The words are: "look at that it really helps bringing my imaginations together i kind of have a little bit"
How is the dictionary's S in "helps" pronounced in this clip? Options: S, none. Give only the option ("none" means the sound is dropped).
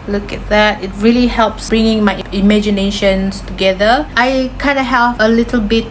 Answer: S